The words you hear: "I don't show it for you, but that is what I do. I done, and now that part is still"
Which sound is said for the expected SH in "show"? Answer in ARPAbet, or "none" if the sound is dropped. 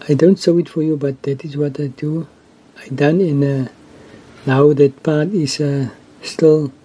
S